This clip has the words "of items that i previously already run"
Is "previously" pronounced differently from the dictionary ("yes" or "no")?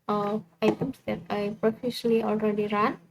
yes